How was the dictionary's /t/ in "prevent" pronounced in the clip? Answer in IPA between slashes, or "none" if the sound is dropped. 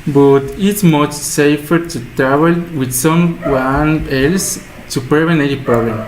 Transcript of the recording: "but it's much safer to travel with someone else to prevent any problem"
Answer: none